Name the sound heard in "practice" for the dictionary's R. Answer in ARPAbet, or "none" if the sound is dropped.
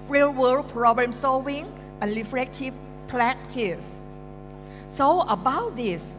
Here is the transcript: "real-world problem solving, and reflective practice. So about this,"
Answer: L